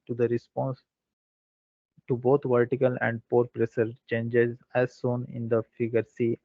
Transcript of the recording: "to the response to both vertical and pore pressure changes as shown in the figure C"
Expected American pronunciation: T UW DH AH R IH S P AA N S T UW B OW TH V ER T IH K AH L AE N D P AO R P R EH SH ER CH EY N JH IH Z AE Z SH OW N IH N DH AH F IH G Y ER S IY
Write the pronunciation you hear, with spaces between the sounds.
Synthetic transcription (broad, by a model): T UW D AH R IH S P AA N S T UW B OW T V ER T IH K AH L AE N D P AO R P R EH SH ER CH EY N JH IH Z AE Z S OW N IH N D AH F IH G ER S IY